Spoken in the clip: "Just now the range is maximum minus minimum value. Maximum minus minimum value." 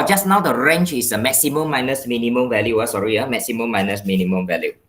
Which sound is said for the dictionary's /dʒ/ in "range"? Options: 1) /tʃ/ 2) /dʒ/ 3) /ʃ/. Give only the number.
1